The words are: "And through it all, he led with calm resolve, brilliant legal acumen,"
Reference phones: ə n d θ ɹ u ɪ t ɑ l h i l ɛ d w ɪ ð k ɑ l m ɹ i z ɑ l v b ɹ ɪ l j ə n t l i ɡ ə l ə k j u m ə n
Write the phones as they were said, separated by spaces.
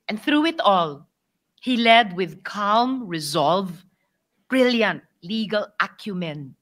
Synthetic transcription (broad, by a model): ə n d θ ɹ u ɪ t ɑ l h i l ɛ d w ɪ ð k ɑ l m ɹ i z ɑ l v b ɹ ɪ l j ə n t l i ɡ ə l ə k j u m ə n